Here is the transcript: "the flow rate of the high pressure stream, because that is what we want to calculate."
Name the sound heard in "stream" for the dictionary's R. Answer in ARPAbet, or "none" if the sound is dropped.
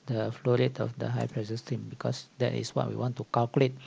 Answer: none